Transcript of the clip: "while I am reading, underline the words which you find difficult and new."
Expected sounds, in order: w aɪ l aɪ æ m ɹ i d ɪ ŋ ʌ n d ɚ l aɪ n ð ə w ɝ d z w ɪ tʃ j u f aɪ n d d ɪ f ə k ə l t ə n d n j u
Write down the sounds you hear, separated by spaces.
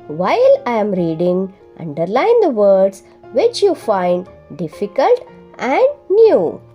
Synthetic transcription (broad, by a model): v aɪ l aɪ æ m ɹ i d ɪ ŋ ʌ n d ɚ l aɪ n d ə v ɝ d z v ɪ tʃ j u f aɪ n d d ɪ f ə k ə l t ə n d n j u